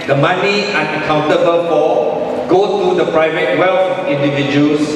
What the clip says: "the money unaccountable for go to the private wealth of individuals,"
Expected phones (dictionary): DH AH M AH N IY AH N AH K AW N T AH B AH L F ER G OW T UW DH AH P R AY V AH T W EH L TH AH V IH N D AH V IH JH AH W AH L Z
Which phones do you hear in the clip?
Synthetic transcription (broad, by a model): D AH M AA N IY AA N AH K AW N T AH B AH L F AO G OW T UW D AH P R AY V AH T W EH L F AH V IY N D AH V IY JH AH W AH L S